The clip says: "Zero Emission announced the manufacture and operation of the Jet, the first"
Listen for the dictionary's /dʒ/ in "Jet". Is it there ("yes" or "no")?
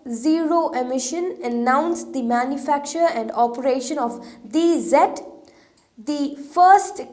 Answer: no